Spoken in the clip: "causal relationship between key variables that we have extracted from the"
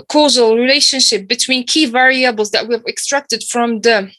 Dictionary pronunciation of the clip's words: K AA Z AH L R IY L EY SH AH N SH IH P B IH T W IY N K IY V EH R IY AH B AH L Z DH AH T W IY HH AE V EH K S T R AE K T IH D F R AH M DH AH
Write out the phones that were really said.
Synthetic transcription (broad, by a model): K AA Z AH L R IY L EY SH AH N SH IH P B IH T W IY N K IY V EH R IY AH B AH L Z DH AH T W IY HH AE V EH K S T R AE K T IH D F R AH M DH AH